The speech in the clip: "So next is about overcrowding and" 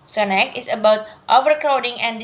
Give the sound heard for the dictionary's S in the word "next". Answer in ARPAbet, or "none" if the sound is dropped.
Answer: none